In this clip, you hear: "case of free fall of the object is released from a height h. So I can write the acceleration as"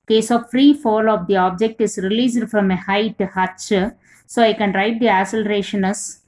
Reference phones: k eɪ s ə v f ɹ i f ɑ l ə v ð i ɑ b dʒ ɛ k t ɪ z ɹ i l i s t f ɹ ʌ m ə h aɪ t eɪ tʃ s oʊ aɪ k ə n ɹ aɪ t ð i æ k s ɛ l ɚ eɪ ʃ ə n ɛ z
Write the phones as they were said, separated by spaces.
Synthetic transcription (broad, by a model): k eɪ s ə v f ɹ i f ɑ l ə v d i ɑ b dʒ ɛ k t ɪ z ɹ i l i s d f ɹ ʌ m ə h aɪ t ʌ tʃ s oʊ aɪ k ə n ɹ aɪ t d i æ s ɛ l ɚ eɪ ʃ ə n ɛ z